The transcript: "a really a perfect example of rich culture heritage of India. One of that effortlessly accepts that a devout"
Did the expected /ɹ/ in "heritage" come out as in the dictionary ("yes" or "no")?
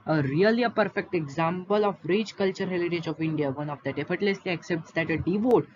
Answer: no